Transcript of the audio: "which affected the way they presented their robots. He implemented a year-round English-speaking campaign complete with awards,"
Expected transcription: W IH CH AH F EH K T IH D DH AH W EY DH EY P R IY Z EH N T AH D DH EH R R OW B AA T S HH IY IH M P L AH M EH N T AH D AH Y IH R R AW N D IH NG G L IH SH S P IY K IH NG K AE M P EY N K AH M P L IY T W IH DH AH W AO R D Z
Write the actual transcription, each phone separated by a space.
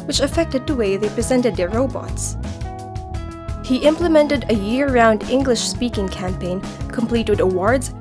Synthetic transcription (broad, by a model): W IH CH AH F EH K T IH D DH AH W EY DH EY P R IY Z EH N T AH D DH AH R R OW B AA T S HH IY IH M P L AH M EH N T AH D AH Y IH R R AW N D IH NG G L IH SH S P IY K IH NG K AE M P EY N K AH M P L IY T W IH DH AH W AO R D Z